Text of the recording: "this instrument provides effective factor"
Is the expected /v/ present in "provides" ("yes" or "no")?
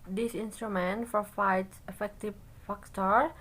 no